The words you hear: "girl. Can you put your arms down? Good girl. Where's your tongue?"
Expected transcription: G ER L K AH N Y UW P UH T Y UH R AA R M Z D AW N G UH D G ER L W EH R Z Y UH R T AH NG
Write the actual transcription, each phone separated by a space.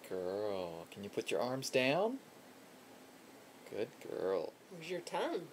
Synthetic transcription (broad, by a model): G ER L K AH N Y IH P UH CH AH R AA R M Z D AW N G UH D G ER L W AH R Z Y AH R T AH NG